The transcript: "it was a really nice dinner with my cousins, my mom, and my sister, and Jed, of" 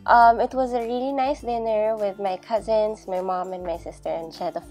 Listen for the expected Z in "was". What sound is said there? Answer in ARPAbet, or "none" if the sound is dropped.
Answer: Z